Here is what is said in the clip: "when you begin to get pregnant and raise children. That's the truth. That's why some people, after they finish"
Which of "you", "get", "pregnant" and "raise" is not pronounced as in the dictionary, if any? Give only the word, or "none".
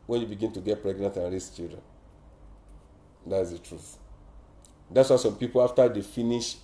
raise